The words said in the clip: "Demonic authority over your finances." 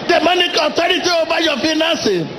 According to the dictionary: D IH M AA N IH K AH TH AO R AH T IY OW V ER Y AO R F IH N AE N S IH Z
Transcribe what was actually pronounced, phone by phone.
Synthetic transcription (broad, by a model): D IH M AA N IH K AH T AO R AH T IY OW B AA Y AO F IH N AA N S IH